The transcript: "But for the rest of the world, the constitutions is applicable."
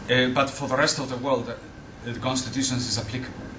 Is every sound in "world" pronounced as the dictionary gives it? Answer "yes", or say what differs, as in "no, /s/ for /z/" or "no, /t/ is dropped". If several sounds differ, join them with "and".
yes